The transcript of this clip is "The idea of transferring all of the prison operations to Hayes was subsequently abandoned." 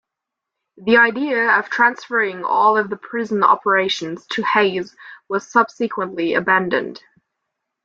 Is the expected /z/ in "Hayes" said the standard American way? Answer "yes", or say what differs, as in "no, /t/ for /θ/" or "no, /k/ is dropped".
yes